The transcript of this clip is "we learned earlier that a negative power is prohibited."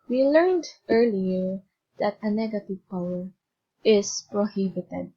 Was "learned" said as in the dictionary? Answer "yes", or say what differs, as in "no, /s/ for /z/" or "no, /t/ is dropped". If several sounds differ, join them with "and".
yes